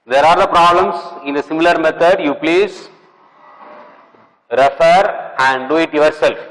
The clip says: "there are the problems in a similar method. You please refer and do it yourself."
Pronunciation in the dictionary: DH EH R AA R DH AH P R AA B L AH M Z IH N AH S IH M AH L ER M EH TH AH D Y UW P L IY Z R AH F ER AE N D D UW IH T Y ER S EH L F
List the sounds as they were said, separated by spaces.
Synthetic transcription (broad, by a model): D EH R AA R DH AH P R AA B L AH M S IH N AH S IH M AH L ER M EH T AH D Y UW P L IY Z R AH F ER AE N D D UW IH T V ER S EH L F